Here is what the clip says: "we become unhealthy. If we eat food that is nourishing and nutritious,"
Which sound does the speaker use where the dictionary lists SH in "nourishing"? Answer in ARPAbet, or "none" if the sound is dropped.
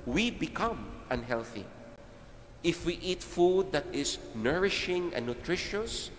SH